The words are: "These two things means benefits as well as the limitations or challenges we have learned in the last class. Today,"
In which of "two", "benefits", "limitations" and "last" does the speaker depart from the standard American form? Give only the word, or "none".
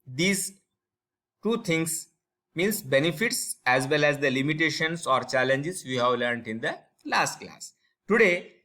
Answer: limitations